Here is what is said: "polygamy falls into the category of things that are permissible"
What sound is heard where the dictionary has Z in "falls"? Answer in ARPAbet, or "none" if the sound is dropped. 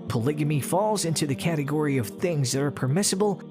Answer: Z